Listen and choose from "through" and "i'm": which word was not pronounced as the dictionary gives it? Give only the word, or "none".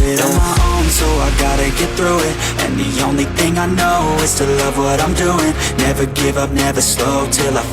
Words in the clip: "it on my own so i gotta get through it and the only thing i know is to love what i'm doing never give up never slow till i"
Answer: none